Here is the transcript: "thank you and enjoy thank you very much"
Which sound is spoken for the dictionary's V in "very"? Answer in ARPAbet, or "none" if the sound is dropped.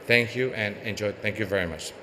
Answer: V